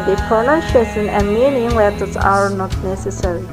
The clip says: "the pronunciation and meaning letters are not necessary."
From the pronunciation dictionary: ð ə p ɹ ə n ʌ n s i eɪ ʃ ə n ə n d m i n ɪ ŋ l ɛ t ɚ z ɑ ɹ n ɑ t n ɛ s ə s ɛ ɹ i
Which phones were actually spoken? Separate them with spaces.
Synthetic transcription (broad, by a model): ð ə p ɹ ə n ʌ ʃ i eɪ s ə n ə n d m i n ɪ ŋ w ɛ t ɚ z ɑ ɹ n ɑ t n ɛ s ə s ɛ ɹ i